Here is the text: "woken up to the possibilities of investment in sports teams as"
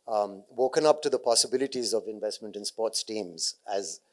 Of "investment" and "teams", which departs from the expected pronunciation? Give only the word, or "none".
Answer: none